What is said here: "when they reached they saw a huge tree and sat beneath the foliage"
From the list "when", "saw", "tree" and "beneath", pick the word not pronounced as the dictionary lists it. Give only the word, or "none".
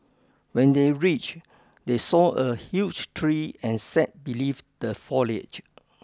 beneath